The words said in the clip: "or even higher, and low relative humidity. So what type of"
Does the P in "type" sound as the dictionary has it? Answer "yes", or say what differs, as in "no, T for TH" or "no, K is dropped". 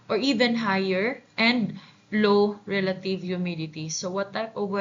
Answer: no, P is dropped